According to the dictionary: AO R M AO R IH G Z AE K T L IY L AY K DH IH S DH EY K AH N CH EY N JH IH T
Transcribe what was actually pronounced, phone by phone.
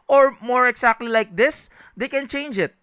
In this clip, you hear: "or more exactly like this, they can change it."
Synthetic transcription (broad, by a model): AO R M AO R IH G S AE K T L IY L AY K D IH S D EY K AH N CH EY N JH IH T